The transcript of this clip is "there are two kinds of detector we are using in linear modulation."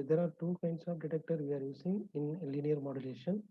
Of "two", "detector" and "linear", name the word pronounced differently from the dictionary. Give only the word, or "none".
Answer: none